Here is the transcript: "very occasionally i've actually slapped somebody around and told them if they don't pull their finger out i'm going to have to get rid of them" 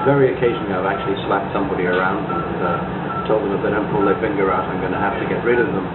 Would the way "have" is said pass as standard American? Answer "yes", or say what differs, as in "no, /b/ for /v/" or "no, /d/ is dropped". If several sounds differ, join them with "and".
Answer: no, /f/ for /v/